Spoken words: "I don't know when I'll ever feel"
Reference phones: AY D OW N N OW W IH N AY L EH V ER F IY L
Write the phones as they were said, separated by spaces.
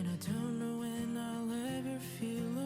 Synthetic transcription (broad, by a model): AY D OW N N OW W IH N AY L EH V ER F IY L